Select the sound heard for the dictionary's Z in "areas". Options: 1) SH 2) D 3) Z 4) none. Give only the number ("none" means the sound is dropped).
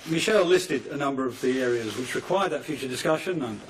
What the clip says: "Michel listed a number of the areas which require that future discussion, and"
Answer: 3